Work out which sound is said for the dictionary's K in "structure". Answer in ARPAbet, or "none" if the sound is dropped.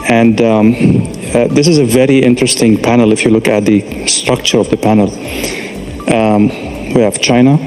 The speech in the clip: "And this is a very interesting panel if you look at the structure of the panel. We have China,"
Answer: K